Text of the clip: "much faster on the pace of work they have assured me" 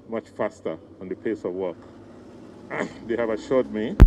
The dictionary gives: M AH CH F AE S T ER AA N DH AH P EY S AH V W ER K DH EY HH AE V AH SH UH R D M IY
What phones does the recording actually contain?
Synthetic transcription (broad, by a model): M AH CH F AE S T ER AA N DH AH P EY S AH V W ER K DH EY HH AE V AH SH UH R D M IY